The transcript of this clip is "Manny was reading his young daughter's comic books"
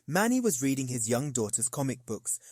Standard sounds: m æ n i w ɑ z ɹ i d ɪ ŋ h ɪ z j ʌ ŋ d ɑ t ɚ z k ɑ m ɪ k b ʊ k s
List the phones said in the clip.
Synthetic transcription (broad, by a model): m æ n i w ɑ z ɹ i d ɪ ŋ ɪ z j ʌ ŋ d ɑ t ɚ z k ɑ m ɪ k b ʊ k s